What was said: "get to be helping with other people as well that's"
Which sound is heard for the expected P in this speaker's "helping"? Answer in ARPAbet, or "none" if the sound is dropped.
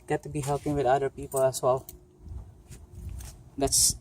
P